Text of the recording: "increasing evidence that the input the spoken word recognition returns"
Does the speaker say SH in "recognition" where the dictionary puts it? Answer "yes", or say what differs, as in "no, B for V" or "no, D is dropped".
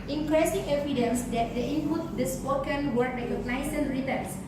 no, S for SH